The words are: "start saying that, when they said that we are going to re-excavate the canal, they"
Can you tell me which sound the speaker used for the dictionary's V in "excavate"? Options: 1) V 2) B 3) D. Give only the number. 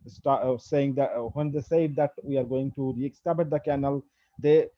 2